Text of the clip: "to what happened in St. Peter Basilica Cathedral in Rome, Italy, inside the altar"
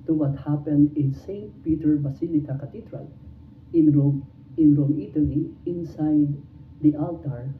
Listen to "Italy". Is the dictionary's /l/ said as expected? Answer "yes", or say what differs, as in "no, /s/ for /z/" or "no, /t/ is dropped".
no, /n/ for /l/